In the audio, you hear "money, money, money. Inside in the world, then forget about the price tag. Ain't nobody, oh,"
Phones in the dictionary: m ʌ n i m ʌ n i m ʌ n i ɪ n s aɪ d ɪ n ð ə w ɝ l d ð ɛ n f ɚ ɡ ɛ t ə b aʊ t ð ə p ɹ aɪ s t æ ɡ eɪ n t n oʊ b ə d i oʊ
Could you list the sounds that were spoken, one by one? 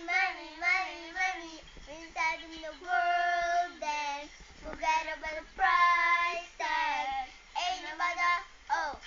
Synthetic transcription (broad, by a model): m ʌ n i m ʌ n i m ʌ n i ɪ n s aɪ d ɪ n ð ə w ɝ l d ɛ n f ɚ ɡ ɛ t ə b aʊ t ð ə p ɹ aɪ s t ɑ eɪ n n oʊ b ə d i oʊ